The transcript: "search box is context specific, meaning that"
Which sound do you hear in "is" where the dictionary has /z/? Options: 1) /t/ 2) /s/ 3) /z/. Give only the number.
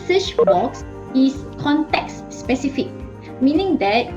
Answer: 2